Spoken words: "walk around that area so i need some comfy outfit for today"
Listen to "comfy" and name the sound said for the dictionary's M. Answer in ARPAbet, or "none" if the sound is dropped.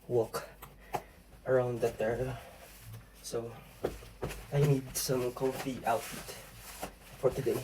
none